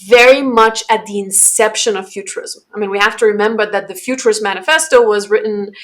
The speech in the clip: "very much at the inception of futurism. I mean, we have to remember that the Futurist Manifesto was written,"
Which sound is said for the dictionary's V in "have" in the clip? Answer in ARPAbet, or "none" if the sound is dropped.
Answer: F